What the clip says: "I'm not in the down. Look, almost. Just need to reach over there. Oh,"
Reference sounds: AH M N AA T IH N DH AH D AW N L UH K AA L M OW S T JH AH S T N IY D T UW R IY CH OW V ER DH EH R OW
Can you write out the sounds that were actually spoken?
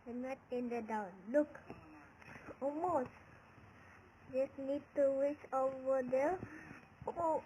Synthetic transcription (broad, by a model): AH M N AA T IH N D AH D AW N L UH K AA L M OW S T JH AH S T N IY D T UW W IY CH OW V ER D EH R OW